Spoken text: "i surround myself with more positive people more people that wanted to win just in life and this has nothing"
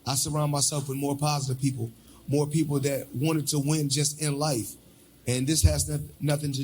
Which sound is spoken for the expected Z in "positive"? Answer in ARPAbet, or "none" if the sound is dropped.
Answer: Z